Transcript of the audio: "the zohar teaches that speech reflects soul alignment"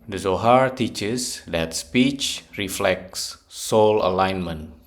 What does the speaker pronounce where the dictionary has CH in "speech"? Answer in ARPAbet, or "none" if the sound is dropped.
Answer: CH